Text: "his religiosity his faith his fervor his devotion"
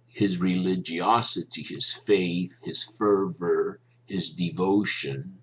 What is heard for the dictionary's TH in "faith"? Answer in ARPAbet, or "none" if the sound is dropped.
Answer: TH